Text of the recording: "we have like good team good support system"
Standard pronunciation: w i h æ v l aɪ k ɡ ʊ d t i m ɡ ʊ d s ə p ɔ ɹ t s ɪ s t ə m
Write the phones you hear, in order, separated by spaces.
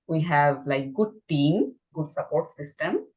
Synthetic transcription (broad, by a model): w i h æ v l aɪ k ɡ ʊ d t i m ɡ ʊ d s ə p ɔ ɹ t s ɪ s t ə m